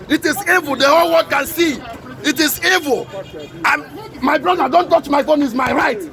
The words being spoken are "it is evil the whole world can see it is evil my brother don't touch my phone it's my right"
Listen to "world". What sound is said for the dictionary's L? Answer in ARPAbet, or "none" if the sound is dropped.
none